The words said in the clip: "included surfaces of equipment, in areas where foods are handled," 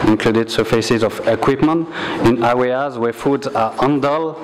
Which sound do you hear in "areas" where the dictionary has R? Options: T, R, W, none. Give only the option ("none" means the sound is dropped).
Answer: W